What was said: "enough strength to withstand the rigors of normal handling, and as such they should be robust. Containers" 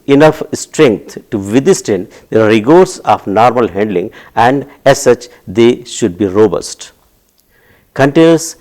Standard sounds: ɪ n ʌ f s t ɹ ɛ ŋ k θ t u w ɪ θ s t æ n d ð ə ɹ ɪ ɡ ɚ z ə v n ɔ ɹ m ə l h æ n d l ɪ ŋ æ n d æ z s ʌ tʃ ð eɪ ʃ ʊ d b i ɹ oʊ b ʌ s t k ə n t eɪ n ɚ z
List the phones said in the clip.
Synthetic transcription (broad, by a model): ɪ n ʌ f s t ɹ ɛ ŋ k t t u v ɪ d s t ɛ n d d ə ɹ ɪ ɡ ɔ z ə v n ɔ ɹ m ə l h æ n d l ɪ ŋ æ n d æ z s ʌ tʃ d eɪ ʃ ʊ d b i ɹ oʊ b ʌ s t k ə n t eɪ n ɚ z